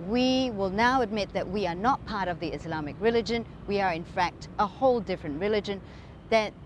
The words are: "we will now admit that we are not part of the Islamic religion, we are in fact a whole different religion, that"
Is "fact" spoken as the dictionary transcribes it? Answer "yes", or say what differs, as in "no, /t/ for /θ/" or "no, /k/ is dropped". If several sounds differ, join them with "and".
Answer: yes